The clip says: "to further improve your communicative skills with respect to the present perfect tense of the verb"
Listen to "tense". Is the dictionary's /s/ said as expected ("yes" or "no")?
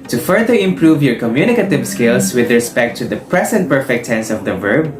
yes